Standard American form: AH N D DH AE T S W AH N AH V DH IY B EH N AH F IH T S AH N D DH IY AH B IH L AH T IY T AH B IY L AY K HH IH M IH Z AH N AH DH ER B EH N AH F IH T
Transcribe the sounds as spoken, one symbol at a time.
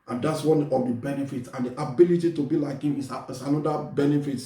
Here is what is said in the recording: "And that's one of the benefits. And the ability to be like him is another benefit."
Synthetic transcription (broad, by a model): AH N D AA T S W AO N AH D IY B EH N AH F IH T AH N D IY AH B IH L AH T IY T AH B IY L AY K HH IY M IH S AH N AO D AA B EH N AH F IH T